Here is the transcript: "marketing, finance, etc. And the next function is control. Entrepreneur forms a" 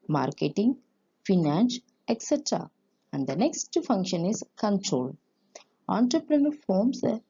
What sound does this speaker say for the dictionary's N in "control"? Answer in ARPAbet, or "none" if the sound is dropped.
N